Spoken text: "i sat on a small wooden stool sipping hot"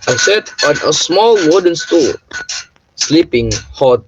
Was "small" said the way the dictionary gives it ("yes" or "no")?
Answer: yes